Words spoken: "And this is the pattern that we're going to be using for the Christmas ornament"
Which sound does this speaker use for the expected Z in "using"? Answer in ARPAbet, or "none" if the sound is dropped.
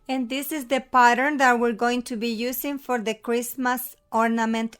S